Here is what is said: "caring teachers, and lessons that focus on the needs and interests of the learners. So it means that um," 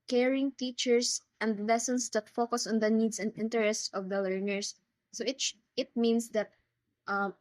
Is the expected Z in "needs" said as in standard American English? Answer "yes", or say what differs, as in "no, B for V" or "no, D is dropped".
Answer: no, S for Z